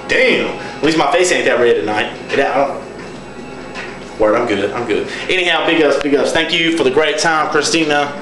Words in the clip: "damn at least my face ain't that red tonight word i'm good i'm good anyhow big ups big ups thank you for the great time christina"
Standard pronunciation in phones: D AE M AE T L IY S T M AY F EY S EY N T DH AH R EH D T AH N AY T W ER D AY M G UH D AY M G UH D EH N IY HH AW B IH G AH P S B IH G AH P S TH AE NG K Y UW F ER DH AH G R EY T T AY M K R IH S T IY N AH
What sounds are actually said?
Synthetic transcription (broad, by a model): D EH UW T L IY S M AY F EY S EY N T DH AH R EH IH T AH N AY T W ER AY M G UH D AY M G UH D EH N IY HH AW B IH G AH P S B IH G AH P S TH AE NG K Y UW F ER DH AH G R EY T T AY M K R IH S T IY N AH